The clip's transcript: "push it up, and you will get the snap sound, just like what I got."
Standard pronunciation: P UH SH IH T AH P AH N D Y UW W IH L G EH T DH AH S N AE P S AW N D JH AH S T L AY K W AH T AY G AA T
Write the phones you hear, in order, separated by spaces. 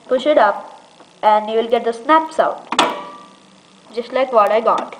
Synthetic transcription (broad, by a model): P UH SH IH T AH P AH N D Y UW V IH L G EH T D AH S N AE P S AW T JH AH S T L AY K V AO T AY G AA T